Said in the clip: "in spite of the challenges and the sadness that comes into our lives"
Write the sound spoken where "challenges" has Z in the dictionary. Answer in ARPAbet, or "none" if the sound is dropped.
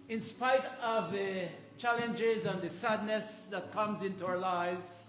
Z